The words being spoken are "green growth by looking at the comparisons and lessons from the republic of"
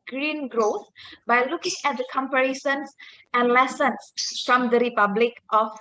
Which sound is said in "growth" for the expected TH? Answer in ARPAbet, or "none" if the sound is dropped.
T